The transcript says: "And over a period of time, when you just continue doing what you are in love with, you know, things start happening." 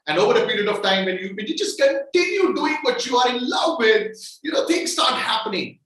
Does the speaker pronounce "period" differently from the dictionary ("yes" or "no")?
no